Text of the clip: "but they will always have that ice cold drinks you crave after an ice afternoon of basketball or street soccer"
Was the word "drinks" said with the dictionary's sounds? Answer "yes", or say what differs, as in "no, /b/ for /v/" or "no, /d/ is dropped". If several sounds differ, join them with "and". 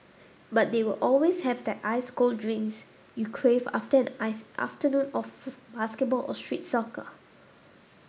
no, /k/ is dropped